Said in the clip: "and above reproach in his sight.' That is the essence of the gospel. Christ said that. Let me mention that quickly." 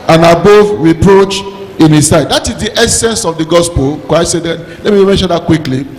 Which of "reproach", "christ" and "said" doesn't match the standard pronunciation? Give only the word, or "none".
christ